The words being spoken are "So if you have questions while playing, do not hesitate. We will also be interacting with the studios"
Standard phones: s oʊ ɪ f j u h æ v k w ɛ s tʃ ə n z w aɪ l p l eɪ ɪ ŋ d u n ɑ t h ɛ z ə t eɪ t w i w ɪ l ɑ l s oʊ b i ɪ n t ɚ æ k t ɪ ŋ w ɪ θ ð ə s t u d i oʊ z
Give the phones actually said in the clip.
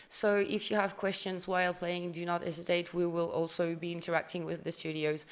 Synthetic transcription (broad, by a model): s oʊ ɪ f j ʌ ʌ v k w ɛ s tʃ ə n z w aɪ l p l eɪ ɪ ŋ d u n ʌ t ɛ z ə t eɪ t w i w ɪ l ɑ l s oʊ b i ɪ n t ɚ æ k t ɪ ŋ w ɪ ð ə s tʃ u d i oʊ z